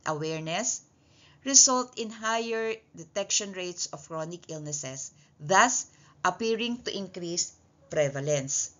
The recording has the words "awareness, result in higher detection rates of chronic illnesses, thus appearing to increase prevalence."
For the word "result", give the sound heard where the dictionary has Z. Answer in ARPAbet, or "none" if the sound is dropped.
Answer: S